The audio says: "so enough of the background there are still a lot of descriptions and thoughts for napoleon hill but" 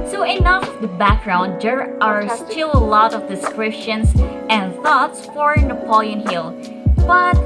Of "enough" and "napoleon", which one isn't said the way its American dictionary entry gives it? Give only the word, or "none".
none